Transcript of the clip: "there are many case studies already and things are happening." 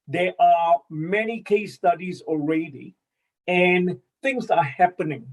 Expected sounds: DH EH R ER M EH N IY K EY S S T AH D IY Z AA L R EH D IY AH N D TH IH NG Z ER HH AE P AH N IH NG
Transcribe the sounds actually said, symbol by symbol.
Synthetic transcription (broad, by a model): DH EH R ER M EH N IY K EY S S T AH D IY Z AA L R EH D IY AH N TH IH NG Z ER HH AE P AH N IH NG